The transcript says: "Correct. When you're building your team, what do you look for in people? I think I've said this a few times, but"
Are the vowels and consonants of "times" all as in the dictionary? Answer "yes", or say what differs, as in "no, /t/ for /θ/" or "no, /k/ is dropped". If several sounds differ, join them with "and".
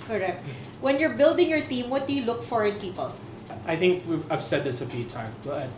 no, /z/ is dropped